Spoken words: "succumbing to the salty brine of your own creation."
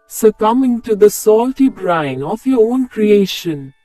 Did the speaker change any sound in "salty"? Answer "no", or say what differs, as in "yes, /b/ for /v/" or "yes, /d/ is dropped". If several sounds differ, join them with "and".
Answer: no